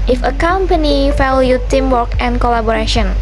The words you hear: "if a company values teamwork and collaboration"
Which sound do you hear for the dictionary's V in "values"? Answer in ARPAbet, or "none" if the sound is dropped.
F